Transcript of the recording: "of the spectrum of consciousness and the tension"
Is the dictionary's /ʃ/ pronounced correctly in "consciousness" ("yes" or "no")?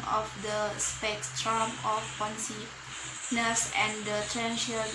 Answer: no